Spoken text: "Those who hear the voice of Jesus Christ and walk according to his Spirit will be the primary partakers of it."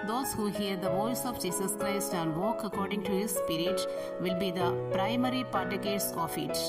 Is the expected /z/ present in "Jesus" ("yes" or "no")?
no